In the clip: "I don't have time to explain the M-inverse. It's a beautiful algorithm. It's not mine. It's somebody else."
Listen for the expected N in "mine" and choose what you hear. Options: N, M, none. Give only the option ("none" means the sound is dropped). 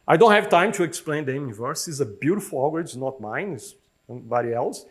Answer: N